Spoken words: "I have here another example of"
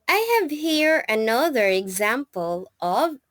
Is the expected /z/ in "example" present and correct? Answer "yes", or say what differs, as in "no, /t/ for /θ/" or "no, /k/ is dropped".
yes